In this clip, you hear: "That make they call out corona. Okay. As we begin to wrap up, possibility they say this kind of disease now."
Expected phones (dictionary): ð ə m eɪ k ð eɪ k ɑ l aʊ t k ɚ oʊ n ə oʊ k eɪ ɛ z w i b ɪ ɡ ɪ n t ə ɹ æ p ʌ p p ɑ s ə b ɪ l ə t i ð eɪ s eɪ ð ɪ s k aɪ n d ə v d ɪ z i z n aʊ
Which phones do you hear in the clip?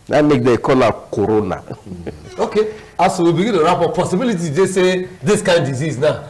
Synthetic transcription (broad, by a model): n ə m eɪ k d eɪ k ɑ l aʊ k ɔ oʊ n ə oʊ k eɪ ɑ s w i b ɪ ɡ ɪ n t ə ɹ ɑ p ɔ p p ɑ s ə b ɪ l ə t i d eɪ s eɪ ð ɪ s k aɪ n d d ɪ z i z n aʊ